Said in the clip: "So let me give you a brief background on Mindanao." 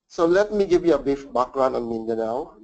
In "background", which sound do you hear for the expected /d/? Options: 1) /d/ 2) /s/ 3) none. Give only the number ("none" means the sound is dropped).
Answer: 3